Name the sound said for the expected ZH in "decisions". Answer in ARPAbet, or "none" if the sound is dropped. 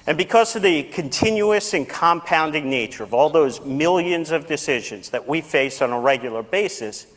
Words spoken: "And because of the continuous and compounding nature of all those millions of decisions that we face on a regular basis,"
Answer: ZH